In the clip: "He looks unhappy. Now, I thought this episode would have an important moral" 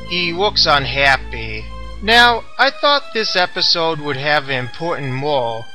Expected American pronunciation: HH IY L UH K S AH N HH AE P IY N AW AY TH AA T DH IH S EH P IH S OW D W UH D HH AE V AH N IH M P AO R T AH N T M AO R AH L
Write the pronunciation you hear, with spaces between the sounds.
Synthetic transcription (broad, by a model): HH IY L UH K S AH N HH AE P IY N AW AY TH AA T DH IH S EH P IH S OW D W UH D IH V AH N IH M P AO R T N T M AO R